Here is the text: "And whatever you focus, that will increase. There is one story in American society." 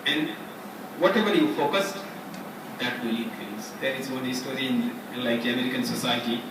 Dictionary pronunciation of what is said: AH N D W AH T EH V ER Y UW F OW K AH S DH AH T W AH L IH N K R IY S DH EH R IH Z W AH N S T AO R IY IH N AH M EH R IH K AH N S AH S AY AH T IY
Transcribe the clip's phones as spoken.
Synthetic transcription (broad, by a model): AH N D W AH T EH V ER Y UW F OW K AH S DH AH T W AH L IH K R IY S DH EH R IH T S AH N S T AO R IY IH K AH M EH R IH K AH N S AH S AY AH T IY